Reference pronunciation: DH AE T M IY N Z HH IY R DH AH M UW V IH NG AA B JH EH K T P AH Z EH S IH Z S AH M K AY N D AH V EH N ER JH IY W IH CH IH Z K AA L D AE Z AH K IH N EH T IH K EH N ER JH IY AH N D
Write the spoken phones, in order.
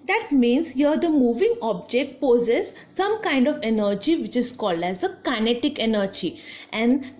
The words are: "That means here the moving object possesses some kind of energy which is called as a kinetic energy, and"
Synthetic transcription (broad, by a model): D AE T M IY N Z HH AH R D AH M UW V IH NG AA B JH EH K T P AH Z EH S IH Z S AH M K AY N D AH V EH N ER JH IY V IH CH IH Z K AA L D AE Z AH K IH N EH T IH K EH N ER JH IY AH N D